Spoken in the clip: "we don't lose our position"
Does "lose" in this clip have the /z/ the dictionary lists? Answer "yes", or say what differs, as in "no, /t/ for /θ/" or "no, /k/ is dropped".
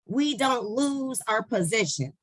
yes